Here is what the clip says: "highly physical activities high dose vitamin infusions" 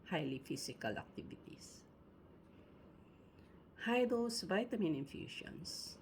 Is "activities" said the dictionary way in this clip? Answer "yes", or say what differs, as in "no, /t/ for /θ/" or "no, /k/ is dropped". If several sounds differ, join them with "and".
no, /s/ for /z/